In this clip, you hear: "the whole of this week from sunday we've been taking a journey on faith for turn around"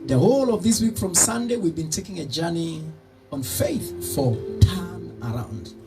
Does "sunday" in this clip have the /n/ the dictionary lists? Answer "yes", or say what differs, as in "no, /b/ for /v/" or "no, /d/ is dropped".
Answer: yes